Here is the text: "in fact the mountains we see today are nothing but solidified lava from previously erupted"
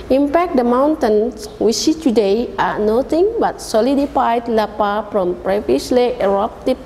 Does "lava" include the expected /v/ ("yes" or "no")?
no